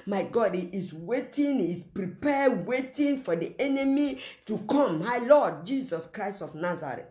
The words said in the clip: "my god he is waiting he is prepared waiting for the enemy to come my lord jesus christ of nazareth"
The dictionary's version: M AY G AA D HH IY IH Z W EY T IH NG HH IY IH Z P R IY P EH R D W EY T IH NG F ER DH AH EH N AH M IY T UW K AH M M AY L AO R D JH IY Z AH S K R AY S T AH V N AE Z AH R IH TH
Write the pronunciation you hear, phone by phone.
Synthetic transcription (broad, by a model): M AY G AA D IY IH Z W EY T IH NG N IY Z P R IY P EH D W EY T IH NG F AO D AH EH N AH M IY T UW K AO M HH AY L AO D JH IY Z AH S K R AY S T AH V N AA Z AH R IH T